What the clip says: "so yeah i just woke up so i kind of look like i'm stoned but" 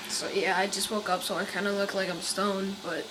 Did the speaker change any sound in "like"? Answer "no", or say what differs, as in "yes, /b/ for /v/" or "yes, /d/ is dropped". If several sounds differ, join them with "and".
no